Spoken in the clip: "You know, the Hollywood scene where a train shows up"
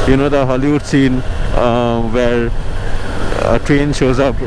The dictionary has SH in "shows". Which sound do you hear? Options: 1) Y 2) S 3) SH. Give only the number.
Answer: 3